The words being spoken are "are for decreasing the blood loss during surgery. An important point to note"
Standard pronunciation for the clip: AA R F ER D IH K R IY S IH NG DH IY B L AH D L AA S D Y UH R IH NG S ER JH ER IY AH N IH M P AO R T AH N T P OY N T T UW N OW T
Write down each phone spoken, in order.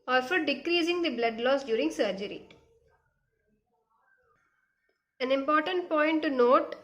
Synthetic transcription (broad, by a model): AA R F ER D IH K R IY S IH NG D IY B L AH D L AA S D Y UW R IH NG S ER JH ER IY AH N IH M P AO R T AH N T P OY N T T UW N OW T